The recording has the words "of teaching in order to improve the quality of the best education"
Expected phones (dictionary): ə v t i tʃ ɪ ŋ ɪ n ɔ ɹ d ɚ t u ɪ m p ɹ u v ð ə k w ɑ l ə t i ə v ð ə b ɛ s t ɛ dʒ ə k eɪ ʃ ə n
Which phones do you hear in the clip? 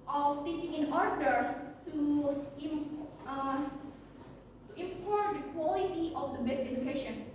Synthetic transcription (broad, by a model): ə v t i tʃ ɪ ŋ ɪ n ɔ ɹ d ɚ t u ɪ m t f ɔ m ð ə k w ɑ l ə t i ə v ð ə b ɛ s ɛ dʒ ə k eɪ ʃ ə n